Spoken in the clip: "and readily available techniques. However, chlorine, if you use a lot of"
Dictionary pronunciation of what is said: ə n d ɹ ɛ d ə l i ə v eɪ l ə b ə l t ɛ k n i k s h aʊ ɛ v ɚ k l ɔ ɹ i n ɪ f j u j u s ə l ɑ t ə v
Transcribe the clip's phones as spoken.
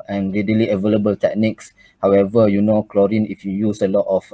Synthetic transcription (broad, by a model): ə n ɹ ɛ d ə l i ə v eɪ l ə b ə l t ɛ k n i k s h aʊ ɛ v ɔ k l ɔ ɹ i n ɪ f j u j u s ə l ɑ t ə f